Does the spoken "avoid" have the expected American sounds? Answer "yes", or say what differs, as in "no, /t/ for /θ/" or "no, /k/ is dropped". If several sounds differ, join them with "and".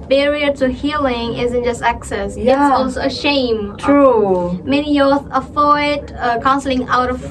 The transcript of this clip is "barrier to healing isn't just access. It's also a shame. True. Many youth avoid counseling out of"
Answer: no, /f/ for /v/